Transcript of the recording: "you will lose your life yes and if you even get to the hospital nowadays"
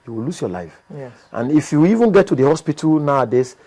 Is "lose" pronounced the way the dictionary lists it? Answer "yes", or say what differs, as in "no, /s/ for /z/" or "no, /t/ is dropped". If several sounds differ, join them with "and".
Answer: no, /s/ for /z/